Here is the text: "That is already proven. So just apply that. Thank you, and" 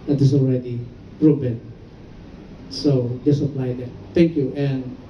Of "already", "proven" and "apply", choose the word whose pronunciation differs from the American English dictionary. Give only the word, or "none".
proven